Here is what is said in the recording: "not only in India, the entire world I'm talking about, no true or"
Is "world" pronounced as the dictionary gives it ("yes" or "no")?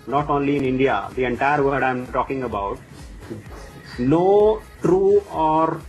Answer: no